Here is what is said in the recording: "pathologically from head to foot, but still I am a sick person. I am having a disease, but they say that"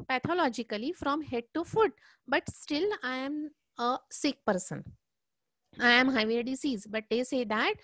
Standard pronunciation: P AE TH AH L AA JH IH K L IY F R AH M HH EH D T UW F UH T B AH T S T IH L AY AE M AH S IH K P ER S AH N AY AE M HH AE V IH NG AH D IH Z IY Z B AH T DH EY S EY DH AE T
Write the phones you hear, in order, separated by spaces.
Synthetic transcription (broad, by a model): P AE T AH L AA JH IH K L IY F R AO M HH EH D T UW F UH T B AH T S T IH L AY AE M AH S IH K P ER S AH N AY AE M HH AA IH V AH D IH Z IY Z B AH T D EY S EY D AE T